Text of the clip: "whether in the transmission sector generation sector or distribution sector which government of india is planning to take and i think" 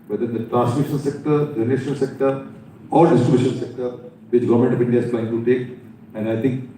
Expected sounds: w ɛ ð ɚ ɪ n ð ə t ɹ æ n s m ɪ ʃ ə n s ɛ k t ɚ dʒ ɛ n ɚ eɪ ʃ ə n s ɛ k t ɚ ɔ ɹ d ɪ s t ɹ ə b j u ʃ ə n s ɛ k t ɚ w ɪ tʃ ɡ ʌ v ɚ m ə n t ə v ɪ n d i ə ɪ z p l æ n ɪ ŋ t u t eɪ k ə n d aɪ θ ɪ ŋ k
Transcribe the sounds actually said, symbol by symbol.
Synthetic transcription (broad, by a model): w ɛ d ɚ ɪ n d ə t ɹ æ n s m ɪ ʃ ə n s ɛ k t ɚ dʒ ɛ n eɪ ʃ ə l s ɛ k t ɚ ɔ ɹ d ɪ s t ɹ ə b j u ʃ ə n s ɛ k t ɚ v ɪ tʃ ɡ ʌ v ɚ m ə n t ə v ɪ n d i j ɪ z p l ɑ ɪ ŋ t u t eɪ k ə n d aɪ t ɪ ŋ k